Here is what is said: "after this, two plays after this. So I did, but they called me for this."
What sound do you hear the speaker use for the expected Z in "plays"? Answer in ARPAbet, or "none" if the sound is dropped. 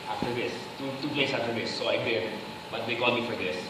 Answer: S